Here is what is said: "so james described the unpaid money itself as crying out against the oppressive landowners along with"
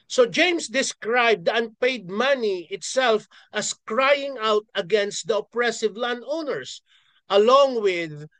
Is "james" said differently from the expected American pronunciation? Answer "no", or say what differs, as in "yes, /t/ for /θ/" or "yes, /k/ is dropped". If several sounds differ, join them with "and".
yes, /s/ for /z/